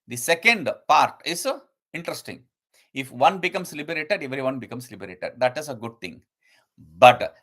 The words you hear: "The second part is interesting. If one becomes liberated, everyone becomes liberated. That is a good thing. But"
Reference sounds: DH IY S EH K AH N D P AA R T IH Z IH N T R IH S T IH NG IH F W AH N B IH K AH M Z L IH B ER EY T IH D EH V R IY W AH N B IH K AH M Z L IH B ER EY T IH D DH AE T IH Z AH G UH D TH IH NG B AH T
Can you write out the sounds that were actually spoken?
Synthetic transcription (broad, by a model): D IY S EH K AH N D P AA R T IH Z IH N T R IH S T IH NG IH F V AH N B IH K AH M S L IH B ER EY T IH D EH V R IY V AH N B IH K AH M S L IH B ER EY T IH D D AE T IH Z AH G UH D T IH NG B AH T